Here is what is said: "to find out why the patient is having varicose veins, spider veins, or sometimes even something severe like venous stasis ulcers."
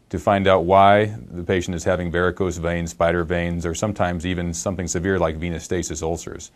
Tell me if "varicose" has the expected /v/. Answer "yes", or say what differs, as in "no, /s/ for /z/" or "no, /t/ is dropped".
no, /b/ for /v/